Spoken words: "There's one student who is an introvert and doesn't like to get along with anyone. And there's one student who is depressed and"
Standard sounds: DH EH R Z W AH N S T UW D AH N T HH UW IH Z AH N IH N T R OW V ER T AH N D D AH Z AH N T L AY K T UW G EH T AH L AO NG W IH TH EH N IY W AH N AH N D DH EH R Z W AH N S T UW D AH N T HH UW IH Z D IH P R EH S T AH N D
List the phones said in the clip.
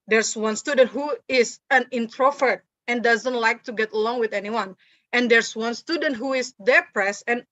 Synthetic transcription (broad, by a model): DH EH R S W AH N S T UW D AH N T HH UW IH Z AH N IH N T R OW F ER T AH N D D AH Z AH N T L AY K T UW G EH T AH L AO NG W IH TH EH N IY W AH N AH N D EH R S W AH N S T UW D AH N T HH UW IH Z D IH P R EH S AH N